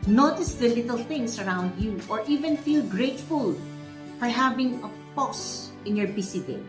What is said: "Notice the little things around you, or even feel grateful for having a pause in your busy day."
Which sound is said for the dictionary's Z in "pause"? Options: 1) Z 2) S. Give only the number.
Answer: 2